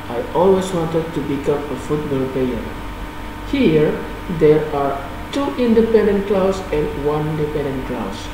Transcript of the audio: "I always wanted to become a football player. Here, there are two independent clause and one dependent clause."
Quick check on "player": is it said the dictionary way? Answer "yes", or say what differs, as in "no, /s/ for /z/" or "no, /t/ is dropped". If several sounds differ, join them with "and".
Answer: no, /l/ is dropped